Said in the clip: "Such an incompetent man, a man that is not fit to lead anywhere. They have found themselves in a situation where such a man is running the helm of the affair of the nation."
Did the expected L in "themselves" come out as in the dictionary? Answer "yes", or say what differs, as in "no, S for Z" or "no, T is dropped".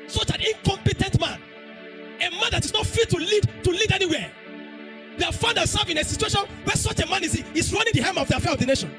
no, L is dropped